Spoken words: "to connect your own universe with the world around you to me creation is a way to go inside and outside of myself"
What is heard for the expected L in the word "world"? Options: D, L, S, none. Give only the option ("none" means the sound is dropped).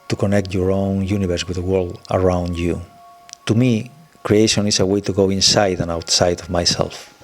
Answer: L